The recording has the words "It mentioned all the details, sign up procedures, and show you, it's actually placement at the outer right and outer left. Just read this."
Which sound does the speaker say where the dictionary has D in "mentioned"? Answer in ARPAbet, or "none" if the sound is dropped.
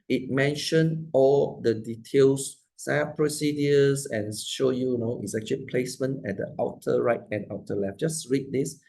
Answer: none